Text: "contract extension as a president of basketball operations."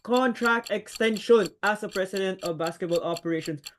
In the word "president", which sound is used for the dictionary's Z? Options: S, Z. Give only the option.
S